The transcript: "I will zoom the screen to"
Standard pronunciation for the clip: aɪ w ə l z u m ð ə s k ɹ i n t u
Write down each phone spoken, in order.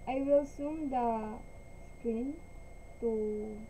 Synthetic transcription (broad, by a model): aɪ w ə l s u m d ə s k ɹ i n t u